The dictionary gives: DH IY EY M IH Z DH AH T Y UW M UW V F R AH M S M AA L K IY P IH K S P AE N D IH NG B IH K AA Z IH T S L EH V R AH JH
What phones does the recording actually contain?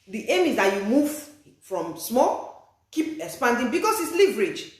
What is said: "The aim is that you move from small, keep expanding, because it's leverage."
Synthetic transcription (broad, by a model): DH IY EY M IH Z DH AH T Y UW M UW V F R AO M S M AA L K IY P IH K S P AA N D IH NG B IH K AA S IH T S L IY V R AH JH